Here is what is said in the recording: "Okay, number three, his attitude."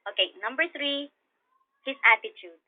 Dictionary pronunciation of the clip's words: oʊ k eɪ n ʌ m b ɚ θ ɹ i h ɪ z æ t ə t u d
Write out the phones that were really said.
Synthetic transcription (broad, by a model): oʊ k eɪ n ʌ m b ɚ θ ɹ i h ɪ s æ t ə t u d